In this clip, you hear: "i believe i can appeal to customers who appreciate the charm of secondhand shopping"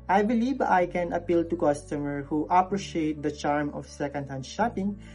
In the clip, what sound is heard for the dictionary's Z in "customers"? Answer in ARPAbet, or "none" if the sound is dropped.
none